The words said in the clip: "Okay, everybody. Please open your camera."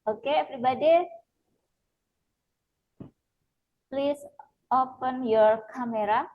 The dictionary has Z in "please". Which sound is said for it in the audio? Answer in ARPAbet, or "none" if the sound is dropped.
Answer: S